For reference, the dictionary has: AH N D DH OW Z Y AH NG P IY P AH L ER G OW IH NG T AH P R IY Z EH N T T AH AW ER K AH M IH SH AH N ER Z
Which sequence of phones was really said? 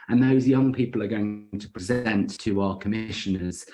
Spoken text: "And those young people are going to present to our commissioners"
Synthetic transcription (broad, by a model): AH N DH OW Z Y AH NG P IY P AH L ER G OW IH NG T AH P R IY Z EH N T T AH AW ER K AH M IH SH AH N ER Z